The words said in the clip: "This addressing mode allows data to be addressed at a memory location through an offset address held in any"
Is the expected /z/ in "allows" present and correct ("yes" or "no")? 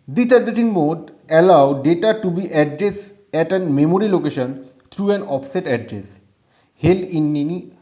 no